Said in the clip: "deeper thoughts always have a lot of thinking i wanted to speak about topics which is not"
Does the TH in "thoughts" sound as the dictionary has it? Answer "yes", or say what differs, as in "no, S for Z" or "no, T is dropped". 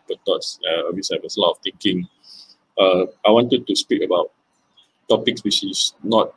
no, T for TH